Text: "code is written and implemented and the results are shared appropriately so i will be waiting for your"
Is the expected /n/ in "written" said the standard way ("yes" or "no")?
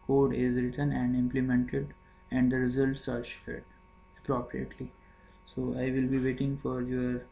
yes